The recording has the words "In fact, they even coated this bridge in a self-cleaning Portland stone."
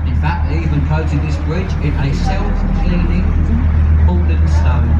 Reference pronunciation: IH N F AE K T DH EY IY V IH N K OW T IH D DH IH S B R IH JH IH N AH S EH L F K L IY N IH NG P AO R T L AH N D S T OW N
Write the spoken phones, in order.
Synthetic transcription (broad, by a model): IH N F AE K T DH IY V IH N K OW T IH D DH IH S B R IH JH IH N AH S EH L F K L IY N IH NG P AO L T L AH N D S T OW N